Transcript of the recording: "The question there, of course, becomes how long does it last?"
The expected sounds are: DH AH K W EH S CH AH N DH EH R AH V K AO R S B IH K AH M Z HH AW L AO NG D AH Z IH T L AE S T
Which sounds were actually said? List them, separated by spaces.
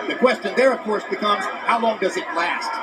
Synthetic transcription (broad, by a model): DH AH K W EH S CH AH N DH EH R AH V K AO R S B IH K AH M Z HH AW L AO NG D AH Z IH T L AE S T